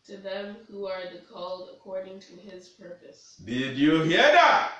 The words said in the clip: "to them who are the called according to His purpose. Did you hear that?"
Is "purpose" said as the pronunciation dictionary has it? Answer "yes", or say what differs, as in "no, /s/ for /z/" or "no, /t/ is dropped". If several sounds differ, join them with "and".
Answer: yes